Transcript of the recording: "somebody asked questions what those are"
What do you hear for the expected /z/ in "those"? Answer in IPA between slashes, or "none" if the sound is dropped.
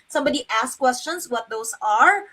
/s/